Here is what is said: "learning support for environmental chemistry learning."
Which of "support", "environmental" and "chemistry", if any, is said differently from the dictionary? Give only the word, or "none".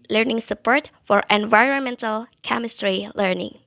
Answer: none